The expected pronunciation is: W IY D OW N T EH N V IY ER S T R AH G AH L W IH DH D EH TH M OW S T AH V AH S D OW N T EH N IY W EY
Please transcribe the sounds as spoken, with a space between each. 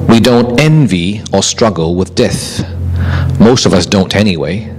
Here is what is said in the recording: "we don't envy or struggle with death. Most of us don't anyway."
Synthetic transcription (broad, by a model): W IY D OW N T EH N V IY ER S T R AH G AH L W IH DH D EH TH M OW S T AH V AH S D OW N T EH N IY W EY